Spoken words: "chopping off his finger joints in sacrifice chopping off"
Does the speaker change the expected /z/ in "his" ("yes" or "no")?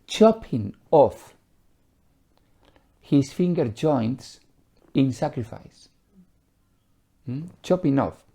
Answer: yes